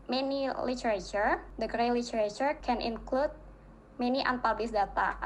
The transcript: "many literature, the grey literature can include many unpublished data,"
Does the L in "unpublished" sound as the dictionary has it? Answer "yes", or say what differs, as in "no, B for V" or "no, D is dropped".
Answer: no, L is dropped